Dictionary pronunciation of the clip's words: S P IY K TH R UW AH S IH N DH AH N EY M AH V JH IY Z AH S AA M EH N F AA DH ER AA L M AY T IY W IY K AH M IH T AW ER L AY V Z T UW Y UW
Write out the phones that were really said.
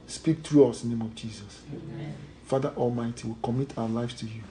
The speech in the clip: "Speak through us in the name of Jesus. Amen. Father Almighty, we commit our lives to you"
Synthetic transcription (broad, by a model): S P IY K T R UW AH S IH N N EY M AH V JH IY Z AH S F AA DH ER AA L M AY T IY W IY K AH M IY T AW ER L AY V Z T UW Y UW